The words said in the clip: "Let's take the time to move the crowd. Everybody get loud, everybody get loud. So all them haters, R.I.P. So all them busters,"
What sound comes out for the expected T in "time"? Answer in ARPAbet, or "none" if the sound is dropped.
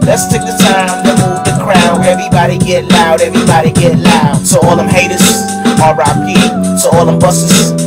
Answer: T